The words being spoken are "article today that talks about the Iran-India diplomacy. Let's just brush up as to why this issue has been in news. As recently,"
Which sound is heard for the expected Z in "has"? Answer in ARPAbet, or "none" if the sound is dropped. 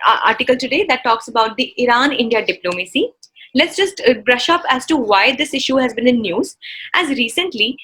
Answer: Z